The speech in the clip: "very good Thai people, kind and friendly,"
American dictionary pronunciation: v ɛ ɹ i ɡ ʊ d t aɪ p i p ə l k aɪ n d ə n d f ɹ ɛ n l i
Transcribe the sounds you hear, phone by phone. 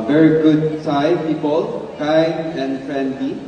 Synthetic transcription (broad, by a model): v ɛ ɹ i ɡ ʊ d s aɪ p i p ə l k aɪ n ə n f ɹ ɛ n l i